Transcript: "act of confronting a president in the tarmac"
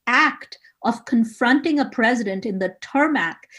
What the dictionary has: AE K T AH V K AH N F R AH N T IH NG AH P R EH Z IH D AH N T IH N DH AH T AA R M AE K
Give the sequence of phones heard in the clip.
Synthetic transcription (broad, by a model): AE K T AH V K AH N F R AH N T IH NG AH P R EH Z IH D AH N T IH N DH AH T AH R M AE K